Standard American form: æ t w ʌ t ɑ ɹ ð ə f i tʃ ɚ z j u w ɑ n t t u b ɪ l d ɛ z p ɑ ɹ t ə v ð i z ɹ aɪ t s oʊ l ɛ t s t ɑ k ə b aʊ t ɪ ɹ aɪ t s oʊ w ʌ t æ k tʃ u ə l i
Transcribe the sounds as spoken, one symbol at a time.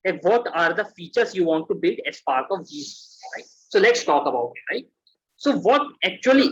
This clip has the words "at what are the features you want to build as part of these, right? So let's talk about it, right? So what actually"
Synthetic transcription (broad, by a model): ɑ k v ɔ t ɑ ɹ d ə f i tʃ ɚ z j u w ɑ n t t u b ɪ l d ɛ s p ɑ ɹ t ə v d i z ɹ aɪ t s oʊ l ɛ t s t ɑ k ə b aʊ t ɪ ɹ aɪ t s oʊ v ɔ t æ k tʃ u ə l i